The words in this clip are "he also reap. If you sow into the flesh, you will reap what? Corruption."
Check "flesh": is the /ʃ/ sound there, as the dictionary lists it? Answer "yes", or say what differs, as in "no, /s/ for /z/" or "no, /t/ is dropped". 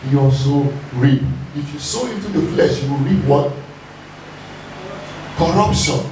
yes